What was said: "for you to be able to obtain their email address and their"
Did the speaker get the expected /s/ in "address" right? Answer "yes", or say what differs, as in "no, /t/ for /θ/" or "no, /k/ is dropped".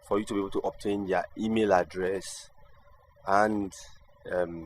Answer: yes